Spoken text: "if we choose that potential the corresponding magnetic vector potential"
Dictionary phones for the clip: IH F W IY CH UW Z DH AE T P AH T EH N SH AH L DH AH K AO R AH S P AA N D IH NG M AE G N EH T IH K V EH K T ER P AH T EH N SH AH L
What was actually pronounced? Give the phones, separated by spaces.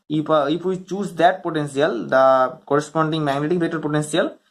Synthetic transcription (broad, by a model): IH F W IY CH UW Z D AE T P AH T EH N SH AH L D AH K AO R AH S P AA N D IH NG M AE G N EH T IH K B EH T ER P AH T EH N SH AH L